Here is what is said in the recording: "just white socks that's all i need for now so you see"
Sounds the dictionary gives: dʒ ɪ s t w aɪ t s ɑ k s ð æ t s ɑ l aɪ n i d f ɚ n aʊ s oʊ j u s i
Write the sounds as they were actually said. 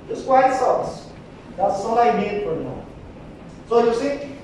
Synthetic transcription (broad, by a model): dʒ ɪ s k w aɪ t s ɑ s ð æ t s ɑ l aɪ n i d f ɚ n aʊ s oʊ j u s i